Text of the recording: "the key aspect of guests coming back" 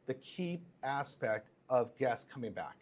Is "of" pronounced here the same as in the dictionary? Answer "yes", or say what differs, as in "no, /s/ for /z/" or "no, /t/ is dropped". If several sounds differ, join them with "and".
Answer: yes